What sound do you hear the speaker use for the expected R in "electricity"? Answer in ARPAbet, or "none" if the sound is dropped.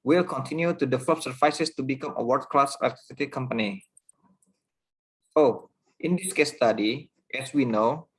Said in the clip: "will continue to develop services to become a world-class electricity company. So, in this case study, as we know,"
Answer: none